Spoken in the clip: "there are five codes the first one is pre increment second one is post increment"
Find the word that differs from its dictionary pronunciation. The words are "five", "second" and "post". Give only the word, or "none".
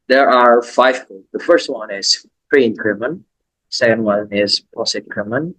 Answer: post